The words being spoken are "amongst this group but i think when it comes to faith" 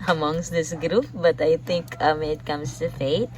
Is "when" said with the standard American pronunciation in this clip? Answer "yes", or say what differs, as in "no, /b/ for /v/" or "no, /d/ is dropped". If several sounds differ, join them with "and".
no, /n/ is dropped